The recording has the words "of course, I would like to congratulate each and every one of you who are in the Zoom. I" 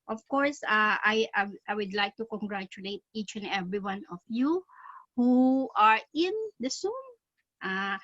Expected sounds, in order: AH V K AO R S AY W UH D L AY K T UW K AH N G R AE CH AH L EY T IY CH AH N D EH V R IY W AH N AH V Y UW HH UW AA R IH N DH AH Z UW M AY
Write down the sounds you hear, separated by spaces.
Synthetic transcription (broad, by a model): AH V K AO R S AY W UH D L AY K T UW K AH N G R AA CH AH L EY T IY CH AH N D EH V R IY W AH N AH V Y UW HH UW AA R IH N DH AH S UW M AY